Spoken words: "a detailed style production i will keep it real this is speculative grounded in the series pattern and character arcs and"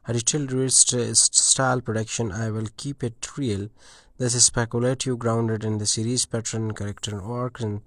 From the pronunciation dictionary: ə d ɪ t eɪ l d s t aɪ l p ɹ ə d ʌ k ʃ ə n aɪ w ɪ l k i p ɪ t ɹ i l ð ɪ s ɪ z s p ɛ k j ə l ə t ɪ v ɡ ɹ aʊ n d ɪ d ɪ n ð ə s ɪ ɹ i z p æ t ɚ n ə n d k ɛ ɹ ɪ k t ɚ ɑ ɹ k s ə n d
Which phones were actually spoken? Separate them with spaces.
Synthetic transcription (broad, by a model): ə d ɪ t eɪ l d s t aɪ l p ɹ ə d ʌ k ʃ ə n aɪ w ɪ l k i p ɪ t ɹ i l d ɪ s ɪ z s p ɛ k j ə l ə t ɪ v ɡ ɹ aʊ n d ɪ d ɪ n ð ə s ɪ ɹ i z p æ t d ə n k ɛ ɹ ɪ k t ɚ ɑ ɹ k ə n